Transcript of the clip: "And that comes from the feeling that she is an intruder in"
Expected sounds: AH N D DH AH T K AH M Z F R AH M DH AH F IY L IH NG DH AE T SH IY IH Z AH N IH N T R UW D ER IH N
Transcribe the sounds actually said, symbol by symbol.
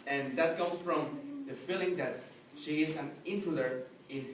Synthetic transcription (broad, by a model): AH N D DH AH T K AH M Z F R AH M DH AH F IY L IH NG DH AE T SH IY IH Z AH N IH N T UW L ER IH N